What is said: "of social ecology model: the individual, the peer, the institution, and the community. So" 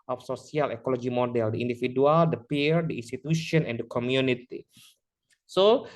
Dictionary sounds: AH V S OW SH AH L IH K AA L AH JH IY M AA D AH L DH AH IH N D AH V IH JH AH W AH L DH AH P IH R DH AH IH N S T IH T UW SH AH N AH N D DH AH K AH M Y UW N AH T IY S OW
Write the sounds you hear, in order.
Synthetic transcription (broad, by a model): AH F S OW S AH L IH K AA L AH JH IY M AA D AH L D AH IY N D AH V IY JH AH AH L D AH P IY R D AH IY N S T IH T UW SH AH N AH N D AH K AH M Y UW N AH T IY S OW